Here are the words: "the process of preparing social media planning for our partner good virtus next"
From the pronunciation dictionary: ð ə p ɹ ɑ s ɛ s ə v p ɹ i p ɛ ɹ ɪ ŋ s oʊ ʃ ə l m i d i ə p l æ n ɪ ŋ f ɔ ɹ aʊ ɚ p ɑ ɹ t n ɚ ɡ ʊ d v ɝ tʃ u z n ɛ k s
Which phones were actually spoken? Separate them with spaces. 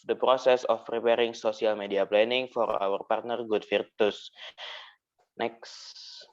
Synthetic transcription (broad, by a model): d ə p ɹ ɑ s ɛ s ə f p ɹ i p ɛ ɹ ɪ ŋ s oʊ s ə l m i d i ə p l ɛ n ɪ ŋ f ɔ ɹ aʊ ɚ p ɑ ɹ t n ɚ ɡ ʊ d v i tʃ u s n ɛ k s